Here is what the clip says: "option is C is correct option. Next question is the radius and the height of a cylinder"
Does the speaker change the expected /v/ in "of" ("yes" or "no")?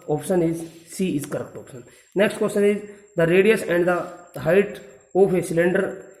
yes